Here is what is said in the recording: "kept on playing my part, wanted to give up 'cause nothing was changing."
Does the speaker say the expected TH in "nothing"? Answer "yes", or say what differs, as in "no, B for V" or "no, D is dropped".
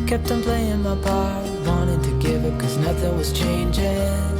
yes